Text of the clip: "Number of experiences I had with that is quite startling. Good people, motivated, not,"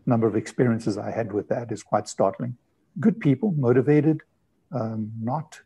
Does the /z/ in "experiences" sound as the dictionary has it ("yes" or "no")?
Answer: yes